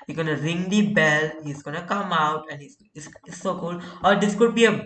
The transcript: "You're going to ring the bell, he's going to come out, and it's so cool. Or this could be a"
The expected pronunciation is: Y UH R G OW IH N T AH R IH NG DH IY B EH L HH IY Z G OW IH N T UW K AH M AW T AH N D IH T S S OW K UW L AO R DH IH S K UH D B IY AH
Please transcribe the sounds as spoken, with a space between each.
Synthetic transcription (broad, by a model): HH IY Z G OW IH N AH R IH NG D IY B EH L HH IY Z G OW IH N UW K AH M AW T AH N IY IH S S S OW K UW L AO R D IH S K UH D B IY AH